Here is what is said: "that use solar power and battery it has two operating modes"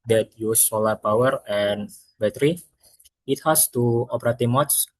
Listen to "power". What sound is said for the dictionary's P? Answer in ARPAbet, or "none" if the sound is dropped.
P